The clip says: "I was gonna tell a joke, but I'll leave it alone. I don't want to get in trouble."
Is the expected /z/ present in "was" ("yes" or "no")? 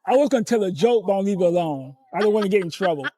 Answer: yes